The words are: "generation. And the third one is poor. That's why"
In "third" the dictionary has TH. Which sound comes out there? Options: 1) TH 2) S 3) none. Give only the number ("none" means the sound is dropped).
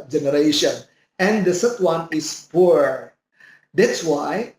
2